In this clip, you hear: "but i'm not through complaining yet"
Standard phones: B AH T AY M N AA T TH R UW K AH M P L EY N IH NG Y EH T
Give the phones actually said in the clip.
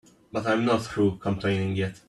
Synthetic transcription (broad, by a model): B AH T AY M N AA T TH R UW K AH M P L EY N IH NG Y EH T